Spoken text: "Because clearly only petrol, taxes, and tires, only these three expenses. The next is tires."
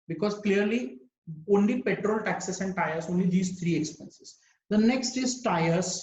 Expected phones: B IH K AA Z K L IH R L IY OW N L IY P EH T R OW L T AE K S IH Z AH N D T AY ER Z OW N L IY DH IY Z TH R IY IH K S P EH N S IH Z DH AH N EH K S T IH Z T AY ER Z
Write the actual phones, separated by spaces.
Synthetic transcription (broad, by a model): B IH K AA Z K L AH R L IY OW N L IY P EH T R OW L T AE K S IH S AH N D T AY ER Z OW N L IY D IY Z T R IY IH K S P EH N S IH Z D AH N EH K S T IH Z T AY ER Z